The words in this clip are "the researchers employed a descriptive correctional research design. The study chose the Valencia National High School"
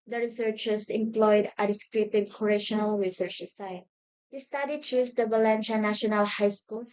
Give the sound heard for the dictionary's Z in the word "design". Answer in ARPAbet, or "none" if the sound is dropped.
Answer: S